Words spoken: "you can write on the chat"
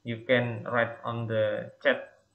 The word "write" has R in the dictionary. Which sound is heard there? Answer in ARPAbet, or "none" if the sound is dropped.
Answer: R